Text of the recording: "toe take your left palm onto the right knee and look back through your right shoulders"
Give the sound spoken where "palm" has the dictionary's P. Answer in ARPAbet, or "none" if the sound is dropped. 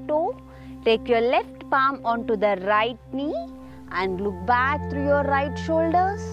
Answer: P